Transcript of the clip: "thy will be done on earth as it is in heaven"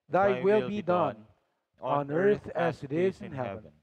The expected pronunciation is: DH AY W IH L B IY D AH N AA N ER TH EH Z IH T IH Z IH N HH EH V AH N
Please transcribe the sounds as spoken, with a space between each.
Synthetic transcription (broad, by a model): DH AY W IH L B IY D AH N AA N ER TH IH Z IH T IH Z IH N HH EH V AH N